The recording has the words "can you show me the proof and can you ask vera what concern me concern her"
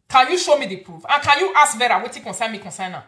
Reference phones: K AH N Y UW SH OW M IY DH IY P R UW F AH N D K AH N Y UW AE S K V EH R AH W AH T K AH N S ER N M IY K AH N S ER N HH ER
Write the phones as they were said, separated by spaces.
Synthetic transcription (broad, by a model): K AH N Y UW SH OW M IY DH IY P R UW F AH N K AH N Y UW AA S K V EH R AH W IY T K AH N S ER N M IY K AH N S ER N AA